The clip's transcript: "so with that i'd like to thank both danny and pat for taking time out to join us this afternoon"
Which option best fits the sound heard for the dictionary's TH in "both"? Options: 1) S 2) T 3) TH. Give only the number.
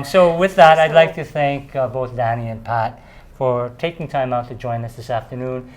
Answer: 3